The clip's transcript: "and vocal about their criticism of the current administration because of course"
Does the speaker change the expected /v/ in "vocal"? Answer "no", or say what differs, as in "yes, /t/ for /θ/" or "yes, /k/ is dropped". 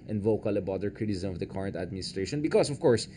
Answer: no